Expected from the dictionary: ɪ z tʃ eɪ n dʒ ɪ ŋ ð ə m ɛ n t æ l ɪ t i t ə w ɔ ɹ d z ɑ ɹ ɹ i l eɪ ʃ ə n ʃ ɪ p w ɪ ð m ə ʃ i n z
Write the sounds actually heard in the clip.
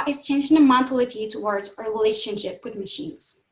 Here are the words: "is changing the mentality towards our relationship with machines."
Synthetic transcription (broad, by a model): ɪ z tʃ eɪ n dʒ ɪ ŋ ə m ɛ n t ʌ l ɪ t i t ə w ɔ ɹ d z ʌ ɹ ɹ i l eɪ ʃ ə n ʃ ɪ p w ɪ ð m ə ʃ i n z